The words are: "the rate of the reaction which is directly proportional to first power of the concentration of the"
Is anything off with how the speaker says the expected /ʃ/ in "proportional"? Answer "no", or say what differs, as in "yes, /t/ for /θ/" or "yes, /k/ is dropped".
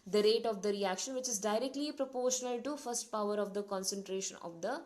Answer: no